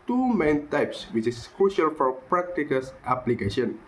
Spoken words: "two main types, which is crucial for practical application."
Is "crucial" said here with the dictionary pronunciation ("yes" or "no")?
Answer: yes